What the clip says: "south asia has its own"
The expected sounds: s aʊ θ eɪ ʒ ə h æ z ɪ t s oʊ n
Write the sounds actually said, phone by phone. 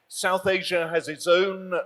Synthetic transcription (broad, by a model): s aʊ θ eɪ ʒ ə z ɪ t s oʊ n